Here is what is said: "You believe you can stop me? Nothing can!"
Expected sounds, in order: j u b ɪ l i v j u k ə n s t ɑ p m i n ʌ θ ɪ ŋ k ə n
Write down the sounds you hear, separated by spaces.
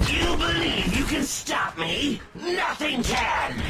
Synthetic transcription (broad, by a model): j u b ɪ l i v j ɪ k ə n s t ɑ p m i n ʌ θ ɪ ŋ k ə n